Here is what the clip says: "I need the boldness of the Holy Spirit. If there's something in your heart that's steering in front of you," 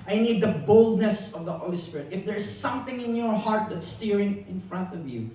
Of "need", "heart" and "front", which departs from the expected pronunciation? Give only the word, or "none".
none